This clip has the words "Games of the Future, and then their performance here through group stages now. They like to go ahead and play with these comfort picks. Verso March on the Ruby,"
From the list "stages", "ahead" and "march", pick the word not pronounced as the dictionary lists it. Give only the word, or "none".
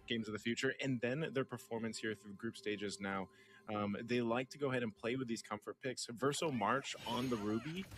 none